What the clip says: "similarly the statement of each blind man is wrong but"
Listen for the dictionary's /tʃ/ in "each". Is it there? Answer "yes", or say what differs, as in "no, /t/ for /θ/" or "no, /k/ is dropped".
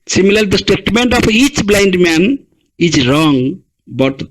yes